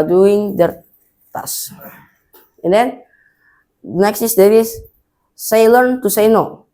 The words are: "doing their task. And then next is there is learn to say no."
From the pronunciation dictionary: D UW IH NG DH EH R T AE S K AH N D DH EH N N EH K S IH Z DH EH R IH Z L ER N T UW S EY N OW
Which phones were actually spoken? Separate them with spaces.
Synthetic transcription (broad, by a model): D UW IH NG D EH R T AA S AH N D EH N N EH K S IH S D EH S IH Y L ER N T UW S EY N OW